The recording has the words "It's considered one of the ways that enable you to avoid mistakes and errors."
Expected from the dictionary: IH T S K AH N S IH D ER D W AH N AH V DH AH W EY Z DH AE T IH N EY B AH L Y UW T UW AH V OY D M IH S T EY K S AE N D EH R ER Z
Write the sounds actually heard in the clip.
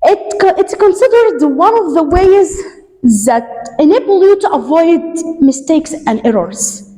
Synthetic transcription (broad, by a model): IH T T K AH N S IH D ER D W AH N AH V DH AH W EY Z DH AE T IH N EY B AH L Y UW T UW AH V OY D M IH S T EY K S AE N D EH R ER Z